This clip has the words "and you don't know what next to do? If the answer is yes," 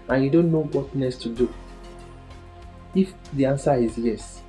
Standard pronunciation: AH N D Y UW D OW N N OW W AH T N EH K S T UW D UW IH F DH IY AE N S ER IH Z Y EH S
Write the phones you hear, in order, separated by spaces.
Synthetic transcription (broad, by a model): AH N Y UW D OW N N OW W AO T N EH S T UW D UW IH F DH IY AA N S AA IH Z Y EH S